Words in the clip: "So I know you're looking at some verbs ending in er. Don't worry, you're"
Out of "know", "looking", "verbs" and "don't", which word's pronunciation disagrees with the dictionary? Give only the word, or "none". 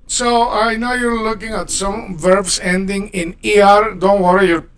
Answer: verbs